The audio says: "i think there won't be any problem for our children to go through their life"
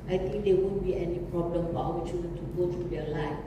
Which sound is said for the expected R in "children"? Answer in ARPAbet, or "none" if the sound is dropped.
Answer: none